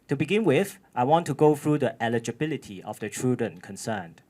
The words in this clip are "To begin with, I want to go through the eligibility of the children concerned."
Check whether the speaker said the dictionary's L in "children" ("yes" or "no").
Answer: no